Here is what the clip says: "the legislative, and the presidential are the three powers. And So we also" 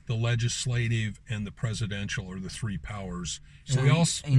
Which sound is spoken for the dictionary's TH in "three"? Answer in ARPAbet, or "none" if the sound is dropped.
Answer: TH